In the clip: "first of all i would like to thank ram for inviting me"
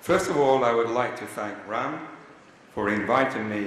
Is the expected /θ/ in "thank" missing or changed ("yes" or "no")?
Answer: no